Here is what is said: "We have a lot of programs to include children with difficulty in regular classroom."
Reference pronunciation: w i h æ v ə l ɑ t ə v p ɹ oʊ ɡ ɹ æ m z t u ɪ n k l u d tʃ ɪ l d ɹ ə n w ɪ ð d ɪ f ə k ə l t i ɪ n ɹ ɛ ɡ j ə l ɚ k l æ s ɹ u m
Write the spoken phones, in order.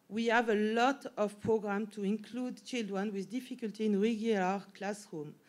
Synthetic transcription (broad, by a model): w i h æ v ə l ɑ t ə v p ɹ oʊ ɡ ɹ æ m t u ɪ n k l u d tʃ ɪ l d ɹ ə n w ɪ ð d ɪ f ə k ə l t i ɪ n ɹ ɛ ɡ j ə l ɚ k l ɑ s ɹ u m